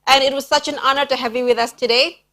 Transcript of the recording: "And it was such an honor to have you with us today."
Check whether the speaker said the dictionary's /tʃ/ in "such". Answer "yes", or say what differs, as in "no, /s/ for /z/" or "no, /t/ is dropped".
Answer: yes